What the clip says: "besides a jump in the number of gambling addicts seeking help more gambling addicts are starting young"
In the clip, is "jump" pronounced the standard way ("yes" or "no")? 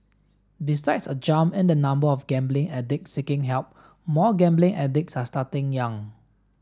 no